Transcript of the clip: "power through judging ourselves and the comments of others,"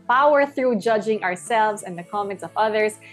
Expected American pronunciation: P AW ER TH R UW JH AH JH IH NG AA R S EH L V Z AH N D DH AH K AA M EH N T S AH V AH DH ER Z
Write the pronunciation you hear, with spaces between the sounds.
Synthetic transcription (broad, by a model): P AW ER TH R UW JH AH JH IH NG AA R S EH L V Z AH N DH AH K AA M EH N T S AH V AH DH ER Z